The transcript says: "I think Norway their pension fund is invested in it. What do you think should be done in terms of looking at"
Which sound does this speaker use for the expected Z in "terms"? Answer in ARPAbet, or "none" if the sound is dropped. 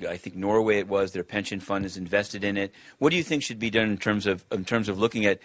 Z